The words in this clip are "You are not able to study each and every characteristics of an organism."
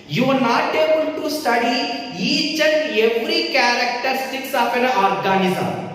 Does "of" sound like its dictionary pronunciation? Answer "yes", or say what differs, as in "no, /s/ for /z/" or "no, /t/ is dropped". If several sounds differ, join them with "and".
no, /p/ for /v/